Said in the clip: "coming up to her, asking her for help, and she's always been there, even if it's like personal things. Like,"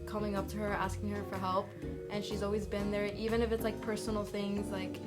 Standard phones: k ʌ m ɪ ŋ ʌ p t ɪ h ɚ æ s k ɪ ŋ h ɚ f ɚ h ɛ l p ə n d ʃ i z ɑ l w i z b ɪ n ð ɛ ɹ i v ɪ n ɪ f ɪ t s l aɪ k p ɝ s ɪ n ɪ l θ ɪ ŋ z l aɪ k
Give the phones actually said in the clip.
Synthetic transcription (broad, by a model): k ʌ m ɪ ŋ ʌ p t ɪ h ɚ æ s k ɪ ŋ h ɚ f ɚ h ɛ l p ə n ʃ i z ɑ l w i z b ɪ n ð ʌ ɹ i v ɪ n ɪ f ɪ t s l aɪ k p ɝ s n l θ ɪ ŋ z l aɪ k